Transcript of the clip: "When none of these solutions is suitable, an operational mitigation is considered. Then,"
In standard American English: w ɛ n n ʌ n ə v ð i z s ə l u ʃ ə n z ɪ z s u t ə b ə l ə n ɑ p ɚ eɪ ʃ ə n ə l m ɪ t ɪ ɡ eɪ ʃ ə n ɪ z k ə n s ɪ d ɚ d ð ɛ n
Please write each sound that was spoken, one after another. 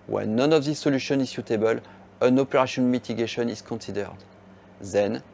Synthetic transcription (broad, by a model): w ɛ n n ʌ n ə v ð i s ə l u ʃ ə n ɪ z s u t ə b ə l ə n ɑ p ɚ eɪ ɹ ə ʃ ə n m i t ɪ ɡ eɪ ʃ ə n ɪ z k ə n s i d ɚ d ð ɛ n